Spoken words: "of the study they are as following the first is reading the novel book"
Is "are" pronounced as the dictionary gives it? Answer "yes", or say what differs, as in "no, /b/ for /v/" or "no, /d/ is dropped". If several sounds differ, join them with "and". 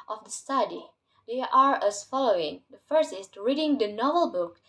yes